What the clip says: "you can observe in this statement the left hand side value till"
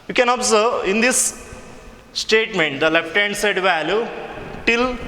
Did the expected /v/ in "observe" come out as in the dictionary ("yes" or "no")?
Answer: no